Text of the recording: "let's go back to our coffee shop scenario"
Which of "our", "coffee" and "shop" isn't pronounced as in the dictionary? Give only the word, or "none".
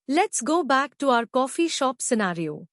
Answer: none